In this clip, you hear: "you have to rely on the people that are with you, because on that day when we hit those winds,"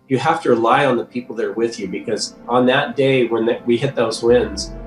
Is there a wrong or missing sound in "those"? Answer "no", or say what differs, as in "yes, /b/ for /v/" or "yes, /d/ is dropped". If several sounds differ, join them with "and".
no